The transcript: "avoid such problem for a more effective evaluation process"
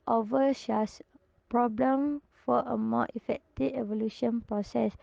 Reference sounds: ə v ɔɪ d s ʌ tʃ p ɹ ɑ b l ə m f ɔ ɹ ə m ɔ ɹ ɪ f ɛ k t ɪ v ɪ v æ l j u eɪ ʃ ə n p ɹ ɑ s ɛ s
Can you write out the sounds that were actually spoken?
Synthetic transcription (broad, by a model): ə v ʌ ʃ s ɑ s p ɹ ɑ b l ə m f ɔ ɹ ə m ɔ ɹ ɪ f ɛ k t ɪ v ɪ v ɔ l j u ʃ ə n p ɹ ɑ s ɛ s